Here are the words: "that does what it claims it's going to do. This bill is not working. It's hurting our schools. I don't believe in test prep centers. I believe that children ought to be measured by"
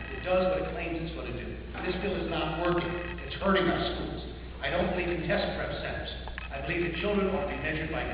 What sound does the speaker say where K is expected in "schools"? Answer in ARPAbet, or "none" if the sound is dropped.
K